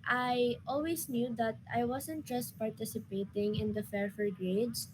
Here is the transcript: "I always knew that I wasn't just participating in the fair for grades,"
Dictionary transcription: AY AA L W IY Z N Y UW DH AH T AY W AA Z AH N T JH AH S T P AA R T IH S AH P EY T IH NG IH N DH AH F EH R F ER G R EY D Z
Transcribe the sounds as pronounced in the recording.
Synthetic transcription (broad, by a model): AY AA L W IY S N Y UW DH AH T AY W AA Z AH N T JH AH S T P AA R T IH S AH P EY T IH NG IH N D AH F EH R F ER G R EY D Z